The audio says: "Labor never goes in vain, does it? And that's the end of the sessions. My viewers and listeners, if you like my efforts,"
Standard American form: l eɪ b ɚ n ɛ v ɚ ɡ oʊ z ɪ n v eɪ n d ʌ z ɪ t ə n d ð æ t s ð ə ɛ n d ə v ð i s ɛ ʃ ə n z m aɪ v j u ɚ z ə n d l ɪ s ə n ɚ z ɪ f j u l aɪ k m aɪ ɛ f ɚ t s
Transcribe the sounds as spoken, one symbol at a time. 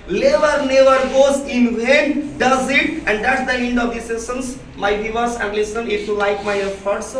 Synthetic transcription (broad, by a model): l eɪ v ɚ n ɛ v ɚ ɡ oʊ z ɪ n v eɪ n d ʌ z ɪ t ə n d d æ t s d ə ɛ n d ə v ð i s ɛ s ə n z m aɪ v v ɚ s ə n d l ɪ s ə n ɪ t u l aɪ k m aɪ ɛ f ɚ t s